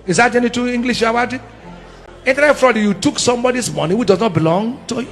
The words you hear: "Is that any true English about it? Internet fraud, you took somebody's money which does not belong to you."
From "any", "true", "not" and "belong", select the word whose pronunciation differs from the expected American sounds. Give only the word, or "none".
true